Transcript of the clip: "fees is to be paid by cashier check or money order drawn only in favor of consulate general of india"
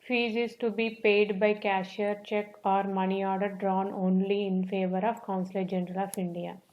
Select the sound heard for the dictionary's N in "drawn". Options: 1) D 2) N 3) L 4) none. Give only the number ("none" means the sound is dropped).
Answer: 2